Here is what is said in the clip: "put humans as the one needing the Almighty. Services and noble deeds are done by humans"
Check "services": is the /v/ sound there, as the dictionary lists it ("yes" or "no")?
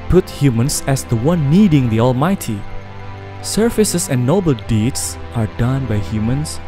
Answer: no